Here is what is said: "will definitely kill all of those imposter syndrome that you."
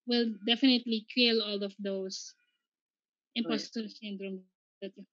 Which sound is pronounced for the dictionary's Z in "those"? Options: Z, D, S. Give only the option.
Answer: S